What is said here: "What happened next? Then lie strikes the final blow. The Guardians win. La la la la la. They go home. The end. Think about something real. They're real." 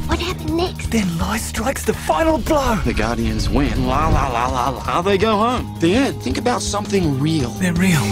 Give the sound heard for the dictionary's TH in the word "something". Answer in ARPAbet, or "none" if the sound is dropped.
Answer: TH